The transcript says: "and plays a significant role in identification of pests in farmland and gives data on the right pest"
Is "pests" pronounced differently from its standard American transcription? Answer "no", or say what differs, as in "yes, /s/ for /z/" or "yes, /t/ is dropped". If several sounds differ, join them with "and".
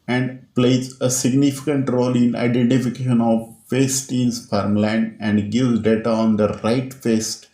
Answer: yes, /f/ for /p/ and /s/ is dropped